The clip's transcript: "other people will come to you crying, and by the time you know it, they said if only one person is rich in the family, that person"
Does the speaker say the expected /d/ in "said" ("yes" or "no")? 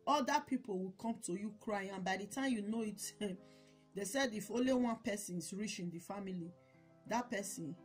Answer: yes